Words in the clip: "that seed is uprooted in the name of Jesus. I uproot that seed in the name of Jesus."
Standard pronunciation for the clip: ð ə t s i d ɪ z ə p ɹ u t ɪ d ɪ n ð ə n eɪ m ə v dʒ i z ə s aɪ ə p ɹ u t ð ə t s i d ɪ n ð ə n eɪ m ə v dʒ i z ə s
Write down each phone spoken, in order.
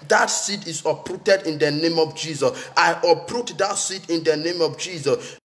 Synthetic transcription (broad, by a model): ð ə t s i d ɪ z ə p ɹ u t ɪ d ɪ n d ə n eɪ m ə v dʒ i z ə s aɪ ə p ɹ u t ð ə t s i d ɪ n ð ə n eɪ m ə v dʒ i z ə s